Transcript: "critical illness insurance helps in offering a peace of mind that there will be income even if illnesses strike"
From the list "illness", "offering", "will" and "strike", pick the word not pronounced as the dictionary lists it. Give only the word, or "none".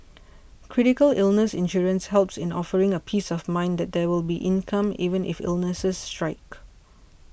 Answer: none